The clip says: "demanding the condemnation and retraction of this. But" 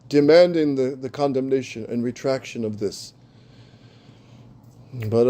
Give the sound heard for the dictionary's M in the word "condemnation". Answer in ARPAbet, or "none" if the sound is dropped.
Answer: M